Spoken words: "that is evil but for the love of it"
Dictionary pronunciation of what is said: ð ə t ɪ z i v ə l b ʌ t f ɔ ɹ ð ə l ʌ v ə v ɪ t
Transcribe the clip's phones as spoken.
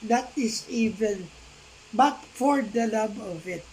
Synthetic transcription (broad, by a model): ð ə t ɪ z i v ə n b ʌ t f ɔ ɹ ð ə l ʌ b ə v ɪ t